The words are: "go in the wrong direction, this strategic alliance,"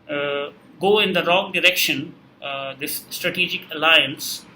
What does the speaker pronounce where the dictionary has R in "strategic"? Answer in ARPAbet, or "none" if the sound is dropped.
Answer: R